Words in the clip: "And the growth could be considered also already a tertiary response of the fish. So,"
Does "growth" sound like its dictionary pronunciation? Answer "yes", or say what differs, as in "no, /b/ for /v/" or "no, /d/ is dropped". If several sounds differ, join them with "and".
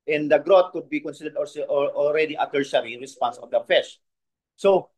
no, /t/ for /θ/